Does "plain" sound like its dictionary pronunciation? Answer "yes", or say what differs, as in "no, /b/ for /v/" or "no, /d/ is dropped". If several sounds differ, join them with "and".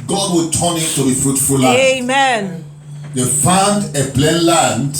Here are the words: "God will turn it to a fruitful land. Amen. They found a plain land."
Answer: no, /b/ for /p/